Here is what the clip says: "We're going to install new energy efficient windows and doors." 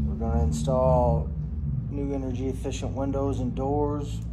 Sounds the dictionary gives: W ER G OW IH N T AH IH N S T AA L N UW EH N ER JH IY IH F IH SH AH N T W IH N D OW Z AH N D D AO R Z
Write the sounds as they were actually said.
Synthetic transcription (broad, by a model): W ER G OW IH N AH IH N S T AA L N UW EH N ER JH IY IH F IH SH AH N T W IH N D OW Z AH N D D AO R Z